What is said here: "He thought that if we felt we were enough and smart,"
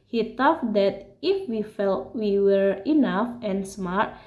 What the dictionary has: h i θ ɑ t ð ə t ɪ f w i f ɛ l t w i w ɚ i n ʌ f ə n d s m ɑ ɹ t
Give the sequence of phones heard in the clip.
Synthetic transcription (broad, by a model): h i t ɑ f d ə t ɪ f w i f ɛ l t w i w ɚ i n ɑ f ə n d s m ɑ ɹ t